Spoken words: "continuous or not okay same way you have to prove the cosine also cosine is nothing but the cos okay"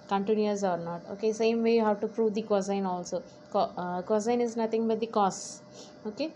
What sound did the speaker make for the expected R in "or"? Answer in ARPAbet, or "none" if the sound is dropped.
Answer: R